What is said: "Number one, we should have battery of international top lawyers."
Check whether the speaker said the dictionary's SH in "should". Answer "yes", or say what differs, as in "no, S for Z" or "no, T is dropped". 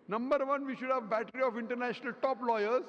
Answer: yes